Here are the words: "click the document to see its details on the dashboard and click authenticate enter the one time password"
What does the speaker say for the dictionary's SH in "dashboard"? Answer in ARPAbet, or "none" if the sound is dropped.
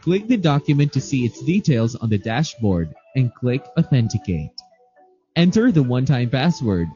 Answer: SH